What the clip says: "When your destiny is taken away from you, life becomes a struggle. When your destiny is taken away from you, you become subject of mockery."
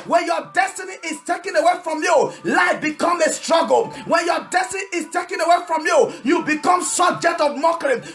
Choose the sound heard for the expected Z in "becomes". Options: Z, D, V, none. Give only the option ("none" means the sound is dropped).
none